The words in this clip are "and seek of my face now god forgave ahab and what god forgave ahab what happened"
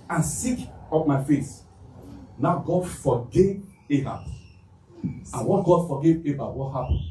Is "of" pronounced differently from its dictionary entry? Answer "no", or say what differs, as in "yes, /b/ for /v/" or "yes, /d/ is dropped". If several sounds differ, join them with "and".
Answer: yes, /p/ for /v/